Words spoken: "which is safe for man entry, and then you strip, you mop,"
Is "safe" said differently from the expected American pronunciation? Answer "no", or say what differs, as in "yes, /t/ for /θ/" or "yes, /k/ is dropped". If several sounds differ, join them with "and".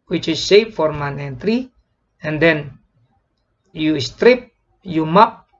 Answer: yes, /p/ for /f/